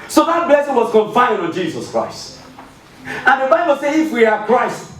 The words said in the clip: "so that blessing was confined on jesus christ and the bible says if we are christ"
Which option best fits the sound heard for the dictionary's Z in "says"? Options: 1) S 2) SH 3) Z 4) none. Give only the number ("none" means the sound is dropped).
4